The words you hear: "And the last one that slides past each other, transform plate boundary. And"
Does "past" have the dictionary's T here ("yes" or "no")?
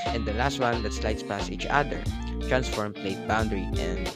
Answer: no